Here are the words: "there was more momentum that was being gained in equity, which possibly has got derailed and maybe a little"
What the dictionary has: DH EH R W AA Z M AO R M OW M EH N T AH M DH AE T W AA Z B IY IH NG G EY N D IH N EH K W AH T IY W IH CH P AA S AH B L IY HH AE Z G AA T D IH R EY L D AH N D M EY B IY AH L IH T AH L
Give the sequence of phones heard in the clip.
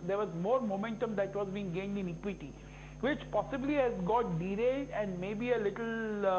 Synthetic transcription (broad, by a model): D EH R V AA Z M AO R M OW M EH N T AH M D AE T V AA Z B IY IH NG G EY N D IH N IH K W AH T IY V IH CH P AA S AH B L IY HH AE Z G AA T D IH R EY D AH N D M EY B IY AH L IH T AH L